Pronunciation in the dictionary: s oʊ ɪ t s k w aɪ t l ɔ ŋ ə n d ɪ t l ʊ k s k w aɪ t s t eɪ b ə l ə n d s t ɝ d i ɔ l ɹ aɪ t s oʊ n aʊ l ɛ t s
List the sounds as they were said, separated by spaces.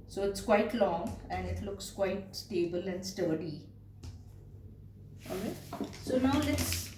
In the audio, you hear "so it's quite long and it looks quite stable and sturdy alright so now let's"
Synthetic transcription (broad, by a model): s oʊ ɪ t s k w aɪ t l ɔ ŋ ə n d ɪ t l ʊ k s k w aɪ t s t eɪ b ə l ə n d s t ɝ d i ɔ ɹ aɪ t s oʊ n aʊ l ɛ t s